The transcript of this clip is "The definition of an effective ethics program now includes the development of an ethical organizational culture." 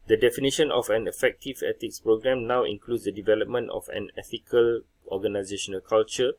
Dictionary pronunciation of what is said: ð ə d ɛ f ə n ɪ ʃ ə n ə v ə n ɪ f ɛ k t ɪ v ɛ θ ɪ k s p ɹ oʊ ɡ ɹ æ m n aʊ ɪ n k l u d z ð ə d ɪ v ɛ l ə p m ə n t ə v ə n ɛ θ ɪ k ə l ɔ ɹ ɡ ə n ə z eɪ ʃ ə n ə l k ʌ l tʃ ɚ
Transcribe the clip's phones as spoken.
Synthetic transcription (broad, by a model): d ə d ɛ f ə n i ʃ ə n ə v ə n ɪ f ɛ k t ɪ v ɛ t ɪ k s p ɹ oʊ ɡ ɹ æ m n aʊ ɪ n k l u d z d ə d ɪ v ɛ l ə p m ə n t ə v ə n ɛ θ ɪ k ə l ɔ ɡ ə n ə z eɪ ʃ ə n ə l k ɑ l tʃ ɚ